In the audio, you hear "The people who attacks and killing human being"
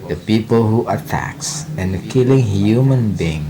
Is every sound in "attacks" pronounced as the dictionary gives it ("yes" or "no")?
yes